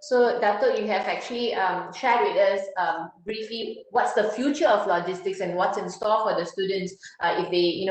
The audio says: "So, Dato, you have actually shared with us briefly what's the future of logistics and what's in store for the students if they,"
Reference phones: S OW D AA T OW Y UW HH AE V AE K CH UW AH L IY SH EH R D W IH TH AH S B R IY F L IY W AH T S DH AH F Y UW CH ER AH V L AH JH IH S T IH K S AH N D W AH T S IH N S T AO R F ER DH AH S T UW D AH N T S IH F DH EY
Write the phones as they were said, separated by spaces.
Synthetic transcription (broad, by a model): S OW D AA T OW Y UW HH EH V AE K CH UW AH L IY SH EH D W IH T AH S B R IY F L IY W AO T S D AH F Y UW CH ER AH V L AH JH IH S T IH K S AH N W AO T S IH N S T AO L F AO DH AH S T UW D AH N T S IH F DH EY